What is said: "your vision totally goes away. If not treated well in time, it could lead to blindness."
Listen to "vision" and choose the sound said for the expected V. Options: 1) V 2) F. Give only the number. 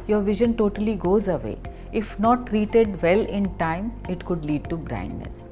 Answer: 1